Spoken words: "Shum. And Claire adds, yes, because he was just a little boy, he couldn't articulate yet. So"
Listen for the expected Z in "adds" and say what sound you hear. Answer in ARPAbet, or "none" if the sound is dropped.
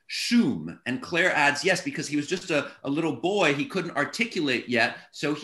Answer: Z